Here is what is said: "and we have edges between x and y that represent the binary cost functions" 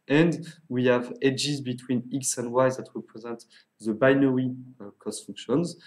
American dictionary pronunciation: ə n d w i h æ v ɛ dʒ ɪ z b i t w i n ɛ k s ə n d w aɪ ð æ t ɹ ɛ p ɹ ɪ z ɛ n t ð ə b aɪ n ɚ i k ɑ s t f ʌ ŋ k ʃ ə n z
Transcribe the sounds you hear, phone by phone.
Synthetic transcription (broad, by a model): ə n d w i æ v ɛ dʒ ɪ z b i t w i n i k s ə n d w aɪ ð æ t ɹ ɛ p ɹ ɪ z ɛ n t ð ə b aɪ n ɚ i k ɑ s t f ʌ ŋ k ʃ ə n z